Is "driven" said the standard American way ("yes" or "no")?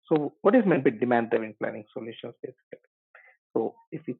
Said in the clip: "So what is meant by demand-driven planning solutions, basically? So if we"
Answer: no